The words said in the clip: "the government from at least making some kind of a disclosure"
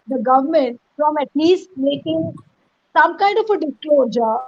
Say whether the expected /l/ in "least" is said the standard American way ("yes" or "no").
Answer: no